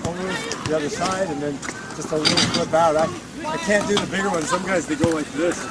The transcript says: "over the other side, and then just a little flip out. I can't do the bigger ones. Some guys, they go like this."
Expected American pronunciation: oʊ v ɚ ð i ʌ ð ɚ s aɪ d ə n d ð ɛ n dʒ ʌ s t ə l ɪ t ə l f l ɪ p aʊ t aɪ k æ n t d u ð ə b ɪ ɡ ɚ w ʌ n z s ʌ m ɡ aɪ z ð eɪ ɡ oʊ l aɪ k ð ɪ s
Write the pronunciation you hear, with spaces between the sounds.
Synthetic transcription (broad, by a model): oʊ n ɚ ð i ʌ ð ɚ s aɪ d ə n ð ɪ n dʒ ʌ s t ə l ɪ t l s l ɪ b aʊ t aɪ k æ n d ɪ ð ə b ɪ ɡ ɚ w ʌ n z s ʌ m ɡ aɪ z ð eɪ ɡ oʊ w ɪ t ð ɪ s